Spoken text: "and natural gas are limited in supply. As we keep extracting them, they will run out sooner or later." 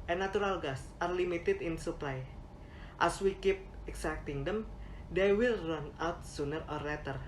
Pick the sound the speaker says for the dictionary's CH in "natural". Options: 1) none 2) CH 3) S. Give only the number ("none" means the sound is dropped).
1